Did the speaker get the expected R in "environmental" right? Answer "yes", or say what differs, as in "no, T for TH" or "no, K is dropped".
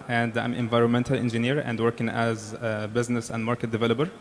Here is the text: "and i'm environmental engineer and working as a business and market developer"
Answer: yes